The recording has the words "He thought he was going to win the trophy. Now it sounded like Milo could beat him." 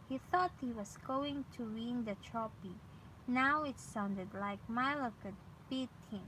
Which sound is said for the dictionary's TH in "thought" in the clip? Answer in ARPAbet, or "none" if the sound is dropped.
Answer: TH